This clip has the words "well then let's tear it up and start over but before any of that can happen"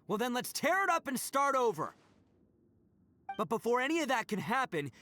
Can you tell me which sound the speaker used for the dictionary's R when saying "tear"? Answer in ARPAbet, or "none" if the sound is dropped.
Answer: R